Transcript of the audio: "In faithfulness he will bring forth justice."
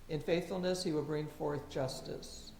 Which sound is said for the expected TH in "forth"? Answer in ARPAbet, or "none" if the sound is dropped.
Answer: TH